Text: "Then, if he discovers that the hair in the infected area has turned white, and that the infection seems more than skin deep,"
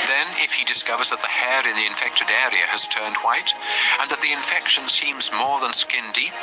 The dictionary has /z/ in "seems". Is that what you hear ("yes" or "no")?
yes